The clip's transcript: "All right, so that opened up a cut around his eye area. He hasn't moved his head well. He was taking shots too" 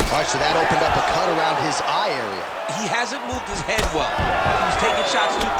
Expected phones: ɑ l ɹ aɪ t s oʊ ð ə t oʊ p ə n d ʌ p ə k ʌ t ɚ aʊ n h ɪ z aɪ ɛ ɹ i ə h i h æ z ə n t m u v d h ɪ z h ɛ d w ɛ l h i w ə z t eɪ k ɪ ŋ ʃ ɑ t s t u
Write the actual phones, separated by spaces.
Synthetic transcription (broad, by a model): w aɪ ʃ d ð ə t oʊ p ə n d ʌ p ə k ʌ t ɚ aʊ n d ɪ z aɪ ɛ ɹ i ə h i h æ z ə n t m u v d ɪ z h ɛ d w ɛ l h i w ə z t eɪ ɪ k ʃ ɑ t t